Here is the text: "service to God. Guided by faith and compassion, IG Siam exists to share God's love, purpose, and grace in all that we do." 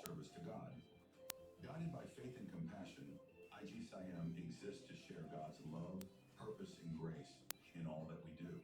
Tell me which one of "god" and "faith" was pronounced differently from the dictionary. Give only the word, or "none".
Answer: none